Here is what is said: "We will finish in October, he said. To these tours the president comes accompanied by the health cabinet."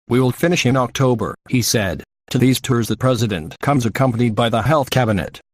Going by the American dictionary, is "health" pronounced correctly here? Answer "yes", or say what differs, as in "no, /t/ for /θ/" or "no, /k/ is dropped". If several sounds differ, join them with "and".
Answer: yes